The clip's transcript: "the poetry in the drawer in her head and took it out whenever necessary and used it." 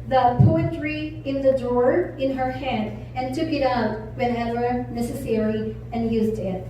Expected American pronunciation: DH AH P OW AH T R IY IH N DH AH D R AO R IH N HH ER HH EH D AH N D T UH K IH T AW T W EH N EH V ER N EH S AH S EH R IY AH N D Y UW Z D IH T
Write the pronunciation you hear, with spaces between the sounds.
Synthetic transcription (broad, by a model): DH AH P OW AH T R IY IH N DH AH D AO R IH N HH ER HH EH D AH N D T UH K IH T AW T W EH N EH W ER N EH S AH S EH R IY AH N Y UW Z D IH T